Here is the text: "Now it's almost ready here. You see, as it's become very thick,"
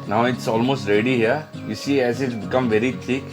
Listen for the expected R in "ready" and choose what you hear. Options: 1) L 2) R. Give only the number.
2